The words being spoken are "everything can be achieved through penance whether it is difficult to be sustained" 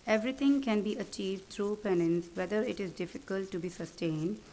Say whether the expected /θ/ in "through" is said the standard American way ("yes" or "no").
no